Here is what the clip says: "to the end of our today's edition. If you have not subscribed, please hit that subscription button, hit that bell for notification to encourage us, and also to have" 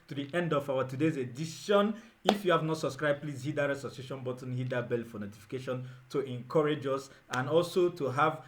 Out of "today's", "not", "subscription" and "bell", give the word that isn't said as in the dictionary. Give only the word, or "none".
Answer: subscription